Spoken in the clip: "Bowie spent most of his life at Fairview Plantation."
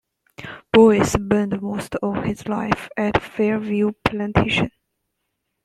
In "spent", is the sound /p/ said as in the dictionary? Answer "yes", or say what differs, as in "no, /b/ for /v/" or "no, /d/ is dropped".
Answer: no, /b/ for /p/